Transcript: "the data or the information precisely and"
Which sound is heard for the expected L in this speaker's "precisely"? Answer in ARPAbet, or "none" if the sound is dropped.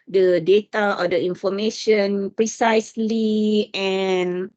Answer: L